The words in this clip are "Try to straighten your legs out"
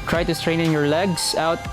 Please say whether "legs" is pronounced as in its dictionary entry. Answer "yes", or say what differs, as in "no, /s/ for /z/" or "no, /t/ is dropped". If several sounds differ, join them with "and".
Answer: no, /s/ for /z/